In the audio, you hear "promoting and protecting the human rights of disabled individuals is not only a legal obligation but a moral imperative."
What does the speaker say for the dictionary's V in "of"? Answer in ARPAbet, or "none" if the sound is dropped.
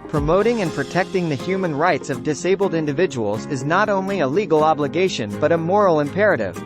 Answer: V